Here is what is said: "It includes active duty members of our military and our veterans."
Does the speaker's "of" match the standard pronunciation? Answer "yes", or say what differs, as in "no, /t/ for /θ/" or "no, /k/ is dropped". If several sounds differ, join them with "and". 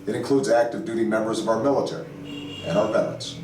yes